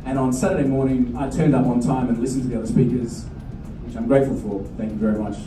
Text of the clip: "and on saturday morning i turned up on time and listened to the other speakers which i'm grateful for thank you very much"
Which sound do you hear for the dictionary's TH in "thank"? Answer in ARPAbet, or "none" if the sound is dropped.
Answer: TH